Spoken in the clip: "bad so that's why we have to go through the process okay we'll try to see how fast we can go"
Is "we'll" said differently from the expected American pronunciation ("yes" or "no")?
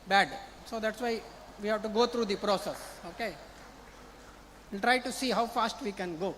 yes